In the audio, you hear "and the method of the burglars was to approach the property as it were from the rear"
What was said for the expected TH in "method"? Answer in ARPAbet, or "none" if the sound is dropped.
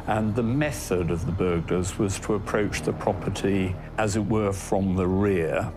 TH